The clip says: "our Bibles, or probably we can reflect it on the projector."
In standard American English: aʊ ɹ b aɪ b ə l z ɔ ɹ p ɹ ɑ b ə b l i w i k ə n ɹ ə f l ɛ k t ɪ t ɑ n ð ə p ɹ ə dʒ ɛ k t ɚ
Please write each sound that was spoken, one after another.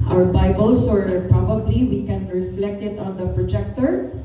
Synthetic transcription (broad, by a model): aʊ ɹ b aɪ b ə l s ɔ ɹ p ɹ ɑ b ə b l i w i k ə n ɹ ə f l ɛ k t ɪ t ɑ n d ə p ɹ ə dʒ ɛ k t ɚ